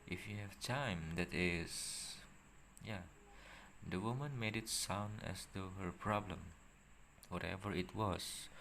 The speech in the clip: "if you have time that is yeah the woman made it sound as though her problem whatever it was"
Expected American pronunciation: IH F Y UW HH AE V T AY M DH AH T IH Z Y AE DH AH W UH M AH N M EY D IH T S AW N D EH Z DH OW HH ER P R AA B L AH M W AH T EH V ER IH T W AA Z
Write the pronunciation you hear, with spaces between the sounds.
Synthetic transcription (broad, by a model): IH F Y UW HH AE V T AY M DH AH T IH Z Y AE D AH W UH M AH N M EY D IH T S AW N D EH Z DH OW HH ER P R AA B L AH M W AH T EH V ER IH T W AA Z